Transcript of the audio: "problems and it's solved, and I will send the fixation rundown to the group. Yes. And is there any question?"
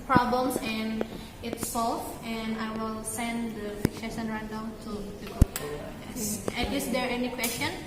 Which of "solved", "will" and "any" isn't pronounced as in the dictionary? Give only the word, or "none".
solved